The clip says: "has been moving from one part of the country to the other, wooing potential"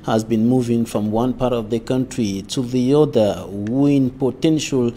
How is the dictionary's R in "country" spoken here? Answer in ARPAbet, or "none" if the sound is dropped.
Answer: R